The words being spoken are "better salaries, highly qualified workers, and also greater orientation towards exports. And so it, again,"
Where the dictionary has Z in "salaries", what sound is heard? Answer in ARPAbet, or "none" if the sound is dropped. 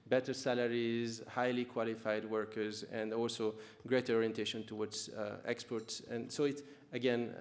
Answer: Z